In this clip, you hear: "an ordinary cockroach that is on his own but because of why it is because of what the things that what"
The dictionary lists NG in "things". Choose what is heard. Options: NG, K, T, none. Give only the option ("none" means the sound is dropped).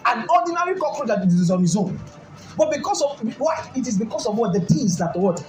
none